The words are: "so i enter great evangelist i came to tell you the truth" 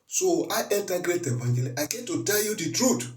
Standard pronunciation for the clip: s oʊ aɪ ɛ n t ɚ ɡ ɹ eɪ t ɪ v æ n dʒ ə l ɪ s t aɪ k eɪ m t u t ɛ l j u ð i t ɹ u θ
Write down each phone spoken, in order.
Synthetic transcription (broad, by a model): s oʊ aɪ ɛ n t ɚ ɡ ɹ eɪ t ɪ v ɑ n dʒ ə l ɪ t aɪ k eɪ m t u t ɛ l j u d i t ɹ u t